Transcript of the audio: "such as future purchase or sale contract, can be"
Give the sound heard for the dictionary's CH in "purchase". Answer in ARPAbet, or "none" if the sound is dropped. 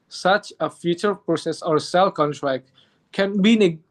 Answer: S